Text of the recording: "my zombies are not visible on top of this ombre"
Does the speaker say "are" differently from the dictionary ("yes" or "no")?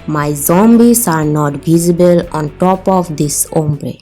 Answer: no